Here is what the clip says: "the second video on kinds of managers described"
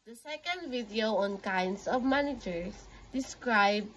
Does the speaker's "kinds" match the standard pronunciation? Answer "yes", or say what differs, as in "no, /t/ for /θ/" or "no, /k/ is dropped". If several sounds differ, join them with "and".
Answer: no, /s/ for /z/